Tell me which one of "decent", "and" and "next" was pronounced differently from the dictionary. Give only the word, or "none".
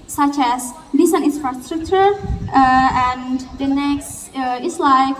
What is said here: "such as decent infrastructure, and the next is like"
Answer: decent